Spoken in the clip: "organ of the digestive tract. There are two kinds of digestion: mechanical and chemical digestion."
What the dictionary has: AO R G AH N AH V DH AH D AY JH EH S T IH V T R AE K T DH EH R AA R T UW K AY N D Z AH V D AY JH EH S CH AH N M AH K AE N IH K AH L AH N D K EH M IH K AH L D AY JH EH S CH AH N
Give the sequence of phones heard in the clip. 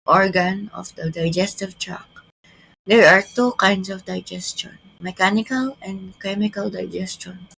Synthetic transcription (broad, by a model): AO R G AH N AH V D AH D AY JH EH S T IH V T R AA K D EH R AA R T UW K AY N D S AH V D AY JH EH S CH AH N M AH K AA N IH K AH L AH N D K EH M IH K AH L D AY JH EH S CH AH N